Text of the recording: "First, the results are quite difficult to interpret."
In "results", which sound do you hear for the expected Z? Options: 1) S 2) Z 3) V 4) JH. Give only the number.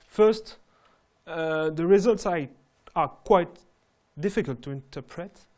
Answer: 2